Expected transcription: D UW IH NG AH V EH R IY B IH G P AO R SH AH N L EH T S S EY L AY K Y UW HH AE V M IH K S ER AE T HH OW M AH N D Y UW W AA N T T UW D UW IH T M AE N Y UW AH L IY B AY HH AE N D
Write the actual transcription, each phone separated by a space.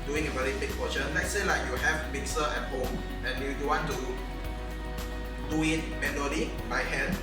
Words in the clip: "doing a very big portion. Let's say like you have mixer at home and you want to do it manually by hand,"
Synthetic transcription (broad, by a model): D UW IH NG AH V EH R IY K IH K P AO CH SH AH N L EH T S S EY L AY K Y UW HH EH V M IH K S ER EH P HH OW AH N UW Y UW W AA N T T UW D UW IH T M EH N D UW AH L IY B AY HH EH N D